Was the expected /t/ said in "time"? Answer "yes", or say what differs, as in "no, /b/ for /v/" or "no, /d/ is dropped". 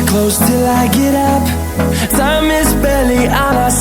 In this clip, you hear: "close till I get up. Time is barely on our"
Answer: no, /s/ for /t/